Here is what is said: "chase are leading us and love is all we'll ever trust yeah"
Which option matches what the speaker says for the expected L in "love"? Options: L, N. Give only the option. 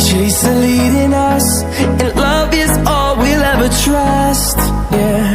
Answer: L